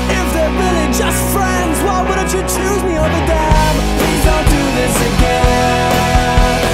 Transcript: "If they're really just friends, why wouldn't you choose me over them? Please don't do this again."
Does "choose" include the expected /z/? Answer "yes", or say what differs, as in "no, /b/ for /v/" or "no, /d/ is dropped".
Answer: yes